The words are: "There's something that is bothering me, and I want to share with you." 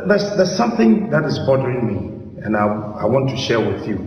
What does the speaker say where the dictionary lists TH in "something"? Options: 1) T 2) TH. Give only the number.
2